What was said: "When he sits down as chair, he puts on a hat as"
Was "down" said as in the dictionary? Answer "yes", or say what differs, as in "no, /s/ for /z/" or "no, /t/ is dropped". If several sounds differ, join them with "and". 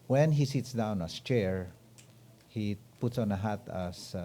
yes